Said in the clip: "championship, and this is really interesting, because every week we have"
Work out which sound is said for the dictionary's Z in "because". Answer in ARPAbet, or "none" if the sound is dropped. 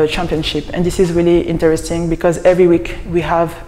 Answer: Z